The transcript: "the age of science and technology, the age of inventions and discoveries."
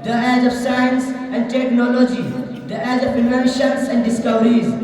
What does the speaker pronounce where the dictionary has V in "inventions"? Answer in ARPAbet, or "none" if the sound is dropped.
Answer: none